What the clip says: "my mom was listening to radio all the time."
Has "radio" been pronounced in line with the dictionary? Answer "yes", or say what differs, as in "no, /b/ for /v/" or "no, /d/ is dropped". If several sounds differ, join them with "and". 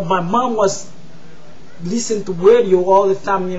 no, /w/ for /ɹ/